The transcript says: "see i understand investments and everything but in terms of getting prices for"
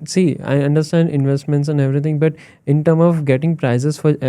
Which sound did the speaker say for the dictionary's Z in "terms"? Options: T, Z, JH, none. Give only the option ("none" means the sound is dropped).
none